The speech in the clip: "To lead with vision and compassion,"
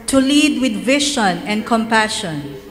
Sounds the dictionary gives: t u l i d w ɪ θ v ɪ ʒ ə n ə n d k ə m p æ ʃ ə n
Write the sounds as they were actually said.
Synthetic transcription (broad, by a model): t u l i d w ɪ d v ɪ ʃ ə n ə n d k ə m p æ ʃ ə n